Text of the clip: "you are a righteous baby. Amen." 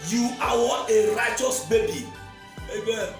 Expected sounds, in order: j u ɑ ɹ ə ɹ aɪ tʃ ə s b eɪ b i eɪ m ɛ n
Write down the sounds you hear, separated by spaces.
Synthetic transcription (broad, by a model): j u ɑ w ə ɹ aɪ tʃ ə s b eɪ b i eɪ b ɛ